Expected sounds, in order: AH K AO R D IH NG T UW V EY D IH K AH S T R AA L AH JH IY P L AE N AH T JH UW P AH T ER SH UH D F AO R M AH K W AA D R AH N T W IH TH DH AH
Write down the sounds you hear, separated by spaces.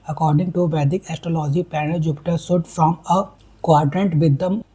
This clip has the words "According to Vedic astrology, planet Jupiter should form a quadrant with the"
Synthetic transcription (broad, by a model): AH K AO R D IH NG T UW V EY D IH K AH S T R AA L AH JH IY P AE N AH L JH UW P T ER S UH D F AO M AH K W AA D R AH N T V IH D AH